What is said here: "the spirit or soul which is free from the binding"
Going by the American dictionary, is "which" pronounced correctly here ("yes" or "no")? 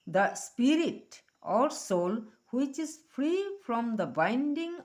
yes